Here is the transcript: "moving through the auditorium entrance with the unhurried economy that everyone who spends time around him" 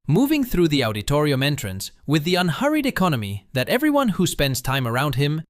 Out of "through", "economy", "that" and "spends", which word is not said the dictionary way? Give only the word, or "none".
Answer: none